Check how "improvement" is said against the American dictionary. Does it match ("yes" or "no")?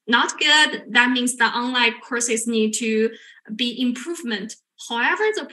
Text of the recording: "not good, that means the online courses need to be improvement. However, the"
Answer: yes